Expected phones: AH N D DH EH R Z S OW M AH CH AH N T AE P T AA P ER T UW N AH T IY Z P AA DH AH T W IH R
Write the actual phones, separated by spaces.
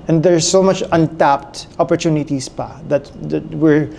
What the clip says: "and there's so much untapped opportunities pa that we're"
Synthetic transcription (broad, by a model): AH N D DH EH R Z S OW M AH CH AH N T AE P T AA P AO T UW N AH T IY S P AA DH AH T W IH R